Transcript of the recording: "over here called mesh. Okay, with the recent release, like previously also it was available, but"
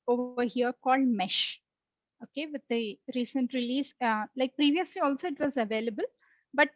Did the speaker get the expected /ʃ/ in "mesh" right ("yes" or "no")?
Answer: yes